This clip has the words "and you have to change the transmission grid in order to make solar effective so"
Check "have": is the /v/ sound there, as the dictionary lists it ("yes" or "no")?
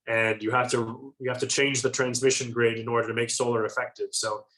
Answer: no